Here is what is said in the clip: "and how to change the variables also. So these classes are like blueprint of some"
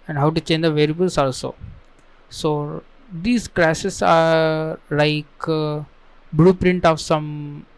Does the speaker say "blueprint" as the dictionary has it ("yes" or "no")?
yes